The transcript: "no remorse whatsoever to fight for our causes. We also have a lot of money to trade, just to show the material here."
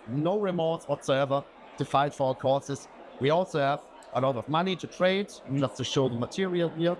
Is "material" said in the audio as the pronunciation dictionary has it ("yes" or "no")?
yes